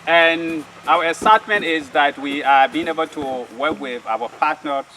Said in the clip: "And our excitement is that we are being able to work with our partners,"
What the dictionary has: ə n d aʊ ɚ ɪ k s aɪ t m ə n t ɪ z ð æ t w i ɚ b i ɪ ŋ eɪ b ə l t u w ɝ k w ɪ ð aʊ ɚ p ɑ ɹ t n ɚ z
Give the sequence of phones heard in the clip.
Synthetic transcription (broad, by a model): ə n aʊ ɚ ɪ s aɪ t m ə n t ɪ z ð æ t w i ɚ b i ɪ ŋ eɪ b ə l t u w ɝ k w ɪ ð aʊ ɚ p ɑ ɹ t n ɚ